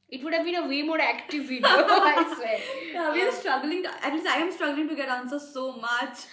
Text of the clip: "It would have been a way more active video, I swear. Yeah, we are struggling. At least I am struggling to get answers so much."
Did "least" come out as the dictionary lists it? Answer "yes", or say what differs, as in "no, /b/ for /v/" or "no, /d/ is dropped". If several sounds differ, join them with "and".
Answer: no, /t/ is dropped